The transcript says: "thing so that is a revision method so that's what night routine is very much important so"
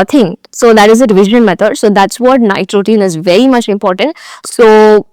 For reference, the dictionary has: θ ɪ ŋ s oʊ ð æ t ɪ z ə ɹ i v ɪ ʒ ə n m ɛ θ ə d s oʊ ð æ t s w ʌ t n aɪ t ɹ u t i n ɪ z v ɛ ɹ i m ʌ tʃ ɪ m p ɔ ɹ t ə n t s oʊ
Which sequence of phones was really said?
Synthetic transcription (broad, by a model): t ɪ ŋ s oʊ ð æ t ɪ z ə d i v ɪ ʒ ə n m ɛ t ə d s oʊ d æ t s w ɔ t n aɪ t ɹ u t i n ɪ z v ɛ ɹ i m ʌ tʃ ɪ m p ɔ ɹ t ə n t s oʊ